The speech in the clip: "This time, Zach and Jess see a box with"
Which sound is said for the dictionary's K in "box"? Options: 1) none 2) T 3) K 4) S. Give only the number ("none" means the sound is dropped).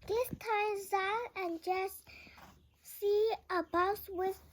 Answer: 1